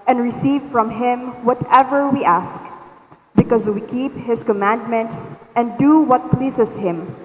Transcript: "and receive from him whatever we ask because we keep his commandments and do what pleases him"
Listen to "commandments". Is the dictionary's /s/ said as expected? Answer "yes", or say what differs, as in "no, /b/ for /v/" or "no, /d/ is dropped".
yes